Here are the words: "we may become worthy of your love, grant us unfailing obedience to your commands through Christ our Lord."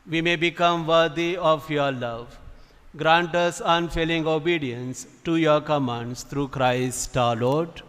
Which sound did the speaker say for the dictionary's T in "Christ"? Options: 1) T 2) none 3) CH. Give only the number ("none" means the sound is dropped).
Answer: 1